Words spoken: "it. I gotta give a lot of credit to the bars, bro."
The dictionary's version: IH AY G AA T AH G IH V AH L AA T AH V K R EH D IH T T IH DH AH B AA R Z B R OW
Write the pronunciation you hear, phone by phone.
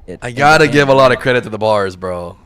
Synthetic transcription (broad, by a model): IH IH G AA T AH G IH V AH L AA T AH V K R EH D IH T T IH DH AH B AA R Z B R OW